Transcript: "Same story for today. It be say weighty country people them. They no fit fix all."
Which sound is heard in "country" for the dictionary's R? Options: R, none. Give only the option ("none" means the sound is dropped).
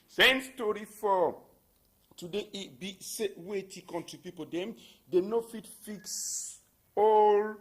none